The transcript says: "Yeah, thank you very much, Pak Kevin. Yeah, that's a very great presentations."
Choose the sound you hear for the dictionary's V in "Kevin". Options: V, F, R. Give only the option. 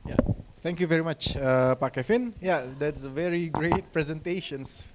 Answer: F